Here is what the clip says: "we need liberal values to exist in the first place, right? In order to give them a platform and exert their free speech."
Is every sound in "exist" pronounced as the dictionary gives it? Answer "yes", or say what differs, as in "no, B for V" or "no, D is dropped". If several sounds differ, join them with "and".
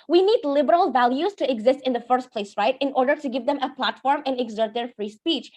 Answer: yes